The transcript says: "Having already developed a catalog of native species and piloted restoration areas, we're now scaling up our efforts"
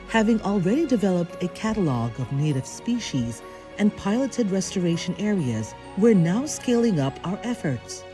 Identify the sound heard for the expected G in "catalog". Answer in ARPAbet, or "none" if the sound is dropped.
G